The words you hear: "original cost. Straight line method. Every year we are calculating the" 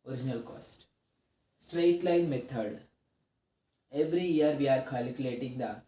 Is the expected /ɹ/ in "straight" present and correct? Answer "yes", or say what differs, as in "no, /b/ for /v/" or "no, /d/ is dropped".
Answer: yes